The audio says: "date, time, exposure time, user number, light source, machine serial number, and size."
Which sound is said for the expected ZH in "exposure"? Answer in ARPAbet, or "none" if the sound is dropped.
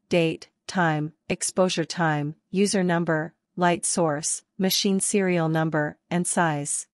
ZH